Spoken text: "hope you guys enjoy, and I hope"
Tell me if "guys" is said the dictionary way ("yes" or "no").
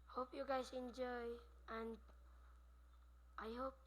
no